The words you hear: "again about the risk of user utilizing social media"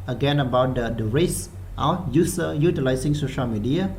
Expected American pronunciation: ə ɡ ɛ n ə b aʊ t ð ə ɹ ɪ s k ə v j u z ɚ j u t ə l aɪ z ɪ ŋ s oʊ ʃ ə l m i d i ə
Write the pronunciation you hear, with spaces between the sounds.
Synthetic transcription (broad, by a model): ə ɡ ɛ n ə b aʊ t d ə ɹ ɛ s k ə j u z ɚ j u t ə l aɪ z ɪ ŋ s oʊ ʃ ə l m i d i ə